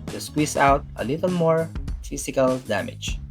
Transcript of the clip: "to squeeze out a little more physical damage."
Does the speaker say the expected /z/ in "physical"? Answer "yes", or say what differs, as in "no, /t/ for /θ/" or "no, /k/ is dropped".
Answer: no, /s/ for /z/